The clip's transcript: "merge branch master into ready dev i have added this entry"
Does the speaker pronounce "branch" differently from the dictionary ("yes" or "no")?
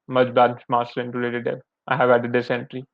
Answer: yes